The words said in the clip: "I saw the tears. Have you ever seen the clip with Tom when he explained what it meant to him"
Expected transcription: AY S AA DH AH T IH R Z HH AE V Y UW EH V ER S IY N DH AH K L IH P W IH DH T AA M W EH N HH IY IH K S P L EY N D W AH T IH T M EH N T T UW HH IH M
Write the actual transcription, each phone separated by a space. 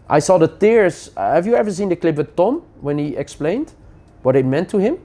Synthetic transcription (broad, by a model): AY S AA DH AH T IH R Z HH AE V Y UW EH V ER S IY N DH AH K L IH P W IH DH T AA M W EH N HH IY IH K S P L EY N D W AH T IH T M EH N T T UW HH IH M